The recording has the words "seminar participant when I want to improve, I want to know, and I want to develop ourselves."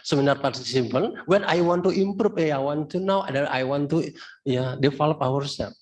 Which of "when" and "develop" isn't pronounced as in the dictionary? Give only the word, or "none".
develop